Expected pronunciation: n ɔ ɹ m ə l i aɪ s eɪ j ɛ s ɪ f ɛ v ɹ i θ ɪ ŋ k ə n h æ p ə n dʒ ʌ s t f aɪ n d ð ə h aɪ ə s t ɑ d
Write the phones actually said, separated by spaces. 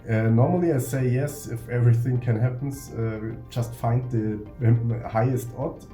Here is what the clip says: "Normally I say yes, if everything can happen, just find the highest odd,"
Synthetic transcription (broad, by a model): n ɔ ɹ m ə l i aɪ s eɪ j ɛ s ɪ f ɛ v ɹ i θ ɪ ŋ k ə n h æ p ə dʒ ʌ s t f aɪ n d ð ə h aɪ ə s t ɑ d